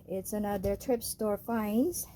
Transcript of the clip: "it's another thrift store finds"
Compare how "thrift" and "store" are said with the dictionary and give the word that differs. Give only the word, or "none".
thrift